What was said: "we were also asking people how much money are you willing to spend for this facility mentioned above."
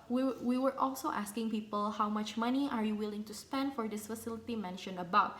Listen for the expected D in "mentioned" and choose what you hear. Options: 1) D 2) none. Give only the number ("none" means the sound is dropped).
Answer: 2